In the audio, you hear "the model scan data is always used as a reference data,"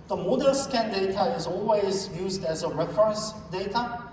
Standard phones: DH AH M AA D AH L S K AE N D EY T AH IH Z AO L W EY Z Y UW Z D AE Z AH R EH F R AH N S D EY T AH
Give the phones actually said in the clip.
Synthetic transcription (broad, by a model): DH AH M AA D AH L S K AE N D EY T AH IH Z AO L W EY Z Y UW Z D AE Z AH R EH F R AH N S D EY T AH